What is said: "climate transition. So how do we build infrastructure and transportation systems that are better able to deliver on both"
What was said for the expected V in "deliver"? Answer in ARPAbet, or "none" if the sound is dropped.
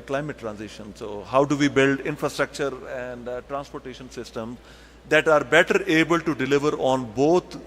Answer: V